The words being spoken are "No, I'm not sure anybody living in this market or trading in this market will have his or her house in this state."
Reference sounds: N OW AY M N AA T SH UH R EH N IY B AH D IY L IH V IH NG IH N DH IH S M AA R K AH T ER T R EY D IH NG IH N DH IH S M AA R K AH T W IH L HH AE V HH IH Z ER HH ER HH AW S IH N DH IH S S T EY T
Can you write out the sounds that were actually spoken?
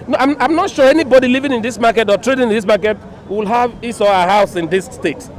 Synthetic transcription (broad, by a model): N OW AY M N AA T SH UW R EH N IY B AH D IY L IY V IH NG IH N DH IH S M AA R K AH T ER T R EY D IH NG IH N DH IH S M AA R K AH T W IH L HH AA V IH S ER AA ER HH AW S IH N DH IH S S T EY T